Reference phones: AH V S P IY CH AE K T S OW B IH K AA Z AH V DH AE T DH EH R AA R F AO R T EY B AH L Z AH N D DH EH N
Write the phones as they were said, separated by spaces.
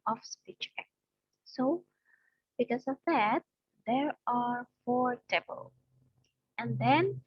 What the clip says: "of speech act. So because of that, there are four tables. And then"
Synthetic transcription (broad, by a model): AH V S P IY CH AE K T S OW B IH K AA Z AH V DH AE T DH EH R AA R F AO R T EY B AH L AH N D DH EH N